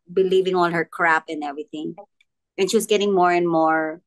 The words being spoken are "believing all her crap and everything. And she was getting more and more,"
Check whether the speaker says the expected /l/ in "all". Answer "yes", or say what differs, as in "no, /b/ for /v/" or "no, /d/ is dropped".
yes